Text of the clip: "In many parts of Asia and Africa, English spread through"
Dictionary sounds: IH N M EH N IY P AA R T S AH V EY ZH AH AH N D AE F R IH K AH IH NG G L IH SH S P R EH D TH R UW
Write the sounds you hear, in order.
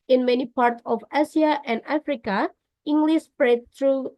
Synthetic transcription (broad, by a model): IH N M EH N IY P AA R T S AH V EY S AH AH N D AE F R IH K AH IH NG G L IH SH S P R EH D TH R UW